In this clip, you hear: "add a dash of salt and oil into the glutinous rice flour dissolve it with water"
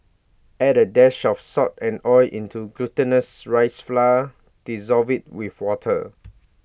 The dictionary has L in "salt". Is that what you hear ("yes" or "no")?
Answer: no